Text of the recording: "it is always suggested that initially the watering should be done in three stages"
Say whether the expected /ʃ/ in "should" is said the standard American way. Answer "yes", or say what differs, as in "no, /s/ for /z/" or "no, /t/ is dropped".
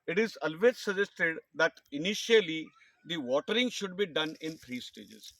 yes